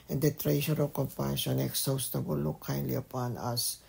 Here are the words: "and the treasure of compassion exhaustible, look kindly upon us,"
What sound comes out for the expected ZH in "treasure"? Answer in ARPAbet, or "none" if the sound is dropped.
SH